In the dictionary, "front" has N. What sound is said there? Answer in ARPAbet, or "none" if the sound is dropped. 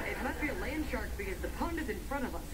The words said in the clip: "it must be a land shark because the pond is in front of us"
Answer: none